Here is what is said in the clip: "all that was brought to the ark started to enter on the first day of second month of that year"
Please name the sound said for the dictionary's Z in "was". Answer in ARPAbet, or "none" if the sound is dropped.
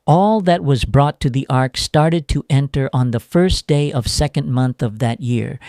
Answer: Z